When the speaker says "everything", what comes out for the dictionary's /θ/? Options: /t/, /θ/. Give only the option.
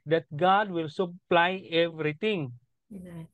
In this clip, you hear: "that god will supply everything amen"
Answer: /t/